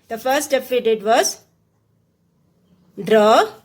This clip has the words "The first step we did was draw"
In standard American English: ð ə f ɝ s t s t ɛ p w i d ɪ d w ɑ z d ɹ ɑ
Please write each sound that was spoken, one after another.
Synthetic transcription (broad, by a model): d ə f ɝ t s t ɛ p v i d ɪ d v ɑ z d ɹ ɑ